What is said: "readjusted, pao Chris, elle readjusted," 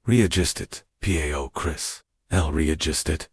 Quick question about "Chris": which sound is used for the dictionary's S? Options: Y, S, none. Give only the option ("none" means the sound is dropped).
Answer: S